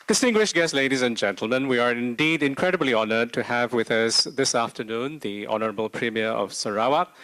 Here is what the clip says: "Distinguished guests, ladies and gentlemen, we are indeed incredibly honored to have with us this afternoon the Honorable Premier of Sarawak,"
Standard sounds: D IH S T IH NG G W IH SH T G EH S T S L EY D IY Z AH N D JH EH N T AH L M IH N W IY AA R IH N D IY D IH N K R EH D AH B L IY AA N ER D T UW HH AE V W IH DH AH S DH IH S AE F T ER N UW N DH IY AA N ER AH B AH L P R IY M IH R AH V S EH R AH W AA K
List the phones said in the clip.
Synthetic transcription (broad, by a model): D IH S T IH NG G W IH SH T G EH S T L EY D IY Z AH N JH EH N T AH L M IH N W IY AA R IH N D IY D IH N K R EH D AH B L IY AA N ER D T UW HH AE V W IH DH AH S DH IH S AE F T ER N UW N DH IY AA N ER AH B AH L P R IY M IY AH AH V S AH R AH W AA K